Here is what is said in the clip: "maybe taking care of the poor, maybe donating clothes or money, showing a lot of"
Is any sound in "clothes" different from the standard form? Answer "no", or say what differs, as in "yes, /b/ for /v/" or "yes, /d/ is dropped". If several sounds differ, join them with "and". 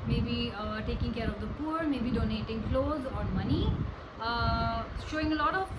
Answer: no